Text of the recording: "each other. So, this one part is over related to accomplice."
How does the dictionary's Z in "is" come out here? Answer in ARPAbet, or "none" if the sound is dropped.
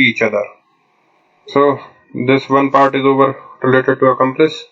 Z